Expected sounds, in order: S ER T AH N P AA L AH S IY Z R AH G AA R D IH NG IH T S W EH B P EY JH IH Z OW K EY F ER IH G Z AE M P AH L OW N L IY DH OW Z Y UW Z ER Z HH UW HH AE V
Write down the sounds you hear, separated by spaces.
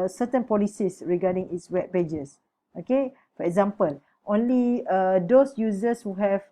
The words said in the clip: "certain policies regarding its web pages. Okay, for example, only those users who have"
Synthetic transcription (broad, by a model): S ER T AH N P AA L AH S IY S R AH G AA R D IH NG IH T S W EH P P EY JH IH S OW K EY F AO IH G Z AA M P AH L OW N L IY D OW S Y UW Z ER S HH UW HH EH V